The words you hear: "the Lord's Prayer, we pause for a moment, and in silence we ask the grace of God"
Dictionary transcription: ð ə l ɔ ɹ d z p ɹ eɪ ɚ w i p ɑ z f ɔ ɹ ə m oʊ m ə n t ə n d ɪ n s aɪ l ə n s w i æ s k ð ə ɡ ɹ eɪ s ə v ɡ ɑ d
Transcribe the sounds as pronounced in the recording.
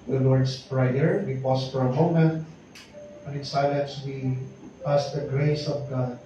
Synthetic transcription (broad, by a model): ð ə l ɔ ɹ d s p ɹ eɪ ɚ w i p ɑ s f ɔ ɹ ə m oʊ m ə n t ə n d ɪ n s aɪ l ə n s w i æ s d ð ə ɡ ɹ eɪ s ə v ɡ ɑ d